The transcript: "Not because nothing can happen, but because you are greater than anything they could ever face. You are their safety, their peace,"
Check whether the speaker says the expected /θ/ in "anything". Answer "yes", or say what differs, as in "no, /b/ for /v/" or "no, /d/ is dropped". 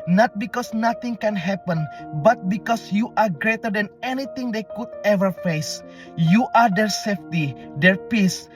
no, /t/ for /θ/